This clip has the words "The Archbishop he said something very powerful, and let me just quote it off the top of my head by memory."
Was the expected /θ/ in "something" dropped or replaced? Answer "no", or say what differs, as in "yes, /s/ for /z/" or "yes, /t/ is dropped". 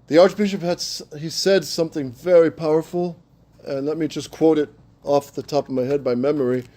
no